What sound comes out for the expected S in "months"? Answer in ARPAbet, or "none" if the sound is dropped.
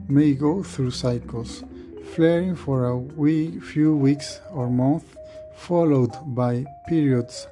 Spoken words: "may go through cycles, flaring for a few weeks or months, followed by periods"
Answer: none